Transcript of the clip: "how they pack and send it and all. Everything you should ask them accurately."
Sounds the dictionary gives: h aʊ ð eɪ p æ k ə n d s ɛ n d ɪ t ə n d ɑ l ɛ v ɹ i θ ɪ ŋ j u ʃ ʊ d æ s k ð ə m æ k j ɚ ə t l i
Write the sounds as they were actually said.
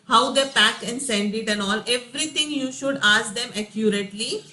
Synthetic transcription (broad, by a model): h aʊ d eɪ p æ k ə n d s ɛ n d ɪ t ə n ɑ l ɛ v ɹ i t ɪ ŋ j u ʃ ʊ d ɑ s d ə m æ k j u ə t l i